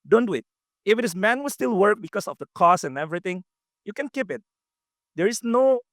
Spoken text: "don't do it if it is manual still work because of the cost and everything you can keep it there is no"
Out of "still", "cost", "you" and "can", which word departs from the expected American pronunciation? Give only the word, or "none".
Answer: cost